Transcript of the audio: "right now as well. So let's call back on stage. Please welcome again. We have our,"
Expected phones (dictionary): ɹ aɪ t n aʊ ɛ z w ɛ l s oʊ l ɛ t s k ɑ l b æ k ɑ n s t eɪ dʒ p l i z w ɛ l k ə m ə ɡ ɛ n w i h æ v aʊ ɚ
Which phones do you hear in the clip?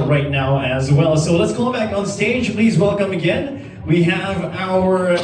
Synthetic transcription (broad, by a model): ɹ aɪ t n aʊ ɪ z w ɛ l s oʊ l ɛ t s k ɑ b æ k n s t eɪ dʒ p l i z w ɛ l k ə m ə ɡ ɛ n w i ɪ v aʊ ɚ